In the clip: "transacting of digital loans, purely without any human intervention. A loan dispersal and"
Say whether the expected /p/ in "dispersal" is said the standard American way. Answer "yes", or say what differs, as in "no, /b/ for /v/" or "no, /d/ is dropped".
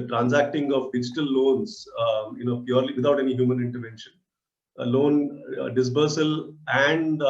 no, /b/ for /p/